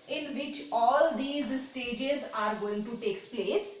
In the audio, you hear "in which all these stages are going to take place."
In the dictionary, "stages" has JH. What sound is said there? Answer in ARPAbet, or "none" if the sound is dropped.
JH